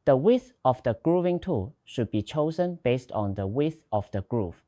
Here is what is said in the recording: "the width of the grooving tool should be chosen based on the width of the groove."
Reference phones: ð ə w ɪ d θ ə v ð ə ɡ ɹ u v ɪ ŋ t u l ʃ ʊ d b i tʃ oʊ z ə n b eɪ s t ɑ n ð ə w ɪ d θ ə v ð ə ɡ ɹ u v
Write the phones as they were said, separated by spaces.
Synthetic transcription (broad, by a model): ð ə w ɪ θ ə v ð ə ɡ ɹ u v ɪ ŋ t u ʃ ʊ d b i tʃ oʊ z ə n b eɪ s t ɑ n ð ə w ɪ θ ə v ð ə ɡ ɹ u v